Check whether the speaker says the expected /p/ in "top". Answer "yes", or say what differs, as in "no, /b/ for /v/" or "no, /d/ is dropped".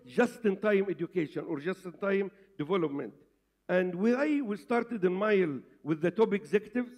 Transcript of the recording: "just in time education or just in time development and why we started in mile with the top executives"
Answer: no, /b/ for /p/